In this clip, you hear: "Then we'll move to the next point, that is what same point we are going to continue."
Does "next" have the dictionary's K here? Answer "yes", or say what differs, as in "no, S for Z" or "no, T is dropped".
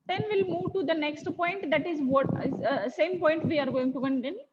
yes